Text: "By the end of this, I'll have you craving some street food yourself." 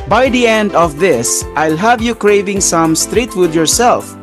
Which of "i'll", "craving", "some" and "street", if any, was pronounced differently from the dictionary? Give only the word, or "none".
none